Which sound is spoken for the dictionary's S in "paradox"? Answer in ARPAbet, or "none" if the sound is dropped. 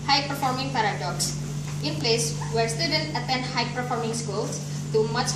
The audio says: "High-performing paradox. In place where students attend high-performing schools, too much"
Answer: S